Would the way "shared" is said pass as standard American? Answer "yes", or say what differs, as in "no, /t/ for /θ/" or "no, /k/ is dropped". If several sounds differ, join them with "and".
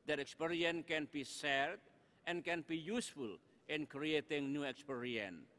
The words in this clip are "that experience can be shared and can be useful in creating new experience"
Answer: no, /s/ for /ʃ/